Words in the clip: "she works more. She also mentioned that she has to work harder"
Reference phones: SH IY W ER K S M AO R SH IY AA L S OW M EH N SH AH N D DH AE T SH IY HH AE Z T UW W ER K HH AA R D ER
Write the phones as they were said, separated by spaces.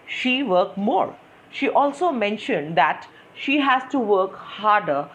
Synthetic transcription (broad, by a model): SH IY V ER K M AO R SH IY AA L S OW M EH N SH AH N D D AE T SH IY HH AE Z T UW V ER K HH AA R D ER